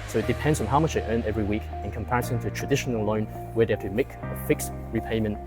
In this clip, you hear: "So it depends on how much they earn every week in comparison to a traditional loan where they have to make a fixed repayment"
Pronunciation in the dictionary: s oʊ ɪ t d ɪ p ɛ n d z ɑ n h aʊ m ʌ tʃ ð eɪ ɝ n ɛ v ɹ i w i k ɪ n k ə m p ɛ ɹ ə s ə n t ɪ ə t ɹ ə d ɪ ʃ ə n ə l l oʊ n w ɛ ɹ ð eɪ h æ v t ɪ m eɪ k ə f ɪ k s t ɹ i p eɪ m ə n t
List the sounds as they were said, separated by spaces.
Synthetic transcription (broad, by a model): s oʊ ɪ t d ɪ p ɛ n d z n h aʊ m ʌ tʃ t ɝ n ɛ v ɹ i w i k ɪ n k ə m p ɛ ɹ ə s ə n t ɪ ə t ɹ ə d ɪ ʃ ə n ə l l oʊ n w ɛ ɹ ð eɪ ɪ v t ɪ m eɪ k ə f ɪ k s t ɹ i p eɪ m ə n t